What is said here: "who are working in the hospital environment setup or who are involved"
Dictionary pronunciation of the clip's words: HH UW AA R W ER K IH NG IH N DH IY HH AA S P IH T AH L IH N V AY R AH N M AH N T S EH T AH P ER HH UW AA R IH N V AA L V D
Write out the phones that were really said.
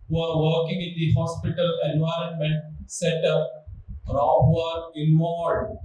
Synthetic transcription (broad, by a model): HH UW AA R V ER K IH NG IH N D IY HH AA S P IH T AH L IH N V AY R AH N M AH N T S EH T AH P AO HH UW AA R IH N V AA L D